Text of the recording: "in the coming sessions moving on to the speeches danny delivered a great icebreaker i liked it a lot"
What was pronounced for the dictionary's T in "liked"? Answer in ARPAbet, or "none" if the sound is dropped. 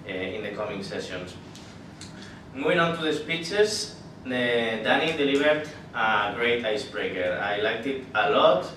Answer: T